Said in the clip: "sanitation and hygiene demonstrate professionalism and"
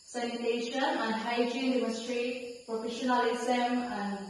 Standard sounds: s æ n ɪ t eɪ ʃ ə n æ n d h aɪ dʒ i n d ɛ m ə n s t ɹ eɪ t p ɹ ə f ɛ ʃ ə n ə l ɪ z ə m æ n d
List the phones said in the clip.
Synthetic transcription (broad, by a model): s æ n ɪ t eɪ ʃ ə n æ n d h aɪ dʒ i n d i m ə s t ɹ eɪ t p ɹ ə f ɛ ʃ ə n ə l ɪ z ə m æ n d